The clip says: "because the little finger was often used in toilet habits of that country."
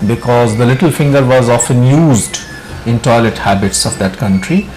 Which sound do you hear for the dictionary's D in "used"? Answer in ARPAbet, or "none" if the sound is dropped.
D